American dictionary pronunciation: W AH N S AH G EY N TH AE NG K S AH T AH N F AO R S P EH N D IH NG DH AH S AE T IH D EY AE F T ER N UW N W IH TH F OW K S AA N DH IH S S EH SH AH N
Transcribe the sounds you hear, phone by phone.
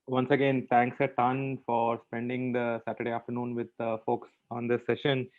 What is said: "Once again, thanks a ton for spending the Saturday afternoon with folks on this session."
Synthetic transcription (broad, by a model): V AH N S AH G EY N T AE NG K S AH T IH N F AO R S P EH N D IH NG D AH S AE T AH D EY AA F T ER N UW N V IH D F OW K S AA N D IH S S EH SH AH N